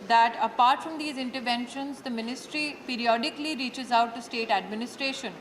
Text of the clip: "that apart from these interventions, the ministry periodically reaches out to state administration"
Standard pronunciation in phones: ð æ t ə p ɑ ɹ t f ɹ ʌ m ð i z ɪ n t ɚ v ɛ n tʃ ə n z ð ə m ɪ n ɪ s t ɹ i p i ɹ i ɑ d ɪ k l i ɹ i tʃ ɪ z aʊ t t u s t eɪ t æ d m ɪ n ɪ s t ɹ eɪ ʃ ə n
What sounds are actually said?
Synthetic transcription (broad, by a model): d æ t ə p ɑ ɹ t f ɹ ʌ m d i z ɪ n t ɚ v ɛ n ʃ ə n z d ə m ɪ n ɪ s t ɹ i p i ɹ i ɑ d ɪ k l i ɹ i tʃ ɪ z aʊ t t u s t eɪ t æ d m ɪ n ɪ s t ɹ eɪ ʃ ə n